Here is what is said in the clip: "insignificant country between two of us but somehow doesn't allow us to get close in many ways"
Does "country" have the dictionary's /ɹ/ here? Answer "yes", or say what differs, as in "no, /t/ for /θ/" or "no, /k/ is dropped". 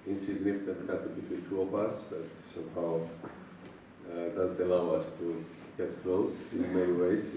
no, /ɹ/ is dropped